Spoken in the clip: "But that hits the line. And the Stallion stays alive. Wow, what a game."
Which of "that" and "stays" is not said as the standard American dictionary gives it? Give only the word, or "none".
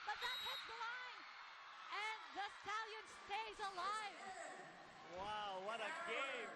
none